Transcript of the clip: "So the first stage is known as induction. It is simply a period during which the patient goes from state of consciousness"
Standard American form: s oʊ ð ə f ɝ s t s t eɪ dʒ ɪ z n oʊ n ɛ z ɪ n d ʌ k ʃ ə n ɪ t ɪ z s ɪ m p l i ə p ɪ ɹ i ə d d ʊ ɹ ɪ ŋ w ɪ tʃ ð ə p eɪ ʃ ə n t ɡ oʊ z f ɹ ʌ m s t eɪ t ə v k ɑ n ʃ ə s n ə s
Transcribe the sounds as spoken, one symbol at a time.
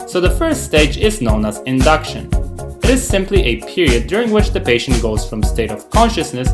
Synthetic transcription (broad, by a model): s oʊ ð ə f ɝ s t s t eɪ dʒ ɪ z n oʊ n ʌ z ɪ n d ʌ k ʃ ə n ɪ t ɪ z s ɪ m p l i ə p ɪ ɹ i ə d d ʊ ɹ ɪ ŋ w ɪ tʃ ð ə p eɪ ʃ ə n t ɡ oʊ z f ɹ ʌ m s t eɪ t ə v k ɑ n ʃ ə s n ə s